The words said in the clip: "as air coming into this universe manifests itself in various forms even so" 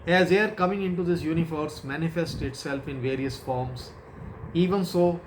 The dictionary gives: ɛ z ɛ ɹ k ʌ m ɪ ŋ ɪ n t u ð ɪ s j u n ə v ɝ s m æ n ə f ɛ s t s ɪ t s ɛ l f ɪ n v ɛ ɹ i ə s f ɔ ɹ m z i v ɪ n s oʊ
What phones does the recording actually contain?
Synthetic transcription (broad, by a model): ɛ z ɛ ɹ k ʌ m ɪ ŋ ɪ n t u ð ɪ s j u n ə f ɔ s m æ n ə f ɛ s t ɪ t s ɛ l f ɪ n v ɛ ɹ i ə s f ɔ ɹ m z i v ɪ n s oʊ